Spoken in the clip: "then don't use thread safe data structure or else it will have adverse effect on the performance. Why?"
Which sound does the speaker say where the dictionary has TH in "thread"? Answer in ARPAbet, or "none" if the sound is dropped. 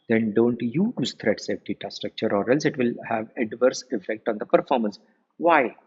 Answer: T